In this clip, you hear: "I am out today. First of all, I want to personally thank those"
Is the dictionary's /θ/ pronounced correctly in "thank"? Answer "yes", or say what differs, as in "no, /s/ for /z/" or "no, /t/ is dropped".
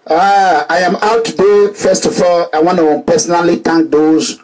no, /t/ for /θ/